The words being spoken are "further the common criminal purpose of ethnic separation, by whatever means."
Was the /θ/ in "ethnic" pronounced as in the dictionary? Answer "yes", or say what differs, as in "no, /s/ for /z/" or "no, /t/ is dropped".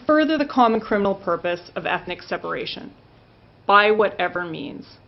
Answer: yes